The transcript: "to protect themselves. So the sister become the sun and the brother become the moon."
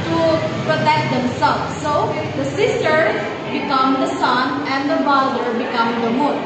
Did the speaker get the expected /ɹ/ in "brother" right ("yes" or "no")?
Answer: no